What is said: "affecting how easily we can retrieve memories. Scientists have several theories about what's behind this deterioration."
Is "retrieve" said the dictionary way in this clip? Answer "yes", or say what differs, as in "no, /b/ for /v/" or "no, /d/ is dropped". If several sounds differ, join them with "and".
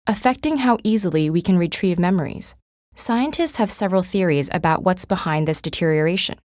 yes